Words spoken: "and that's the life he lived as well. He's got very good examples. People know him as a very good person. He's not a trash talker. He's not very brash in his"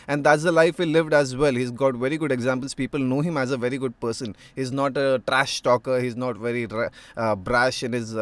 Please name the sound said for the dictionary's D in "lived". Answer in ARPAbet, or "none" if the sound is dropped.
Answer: D